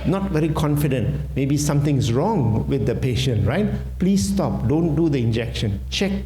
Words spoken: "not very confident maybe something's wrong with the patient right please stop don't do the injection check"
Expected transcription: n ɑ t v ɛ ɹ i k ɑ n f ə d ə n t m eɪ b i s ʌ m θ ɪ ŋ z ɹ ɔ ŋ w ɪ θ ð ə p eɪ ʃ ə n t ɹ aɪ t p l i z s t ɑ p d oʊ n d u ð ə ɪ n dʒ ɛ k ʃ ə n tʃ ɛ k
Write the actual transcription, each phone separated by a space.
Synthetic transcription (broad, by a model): n ɑ t v ɛ ɹ i k ɑ n f ə d ə n t m eɪ b i s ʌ m t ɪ ŋ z ɹ ɔ ŋ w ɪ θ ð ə p eɪ ʃ ə n t ɹ aɪ t p l i s t ɑ p d oʊ n d u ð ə ɪ n dʒ ɛ k ʃ ə n tʃ ɛ k